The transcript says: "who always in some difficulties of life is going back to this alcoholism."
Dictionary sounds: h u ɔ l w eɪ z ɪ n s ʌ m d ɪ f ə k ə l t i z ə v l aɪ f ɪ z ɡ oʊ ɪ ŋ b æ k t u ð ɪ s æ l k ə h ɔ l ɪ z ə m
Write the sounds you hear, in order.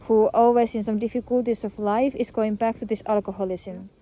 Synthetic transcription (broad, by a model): h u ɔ l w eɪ s ɪ n s ʌ m d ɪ f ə k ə l t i s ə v l aɪ f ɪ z ɡ oʊ ɪ ŋ b æ k t u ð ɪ s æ l k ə h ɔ l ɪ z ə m